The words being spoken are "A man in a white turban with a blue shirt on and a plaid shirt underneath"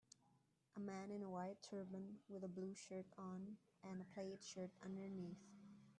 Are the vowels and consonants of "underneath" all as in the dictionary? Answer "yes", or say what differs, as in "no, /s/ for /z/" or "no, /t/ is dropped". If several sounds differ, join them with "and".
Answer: yes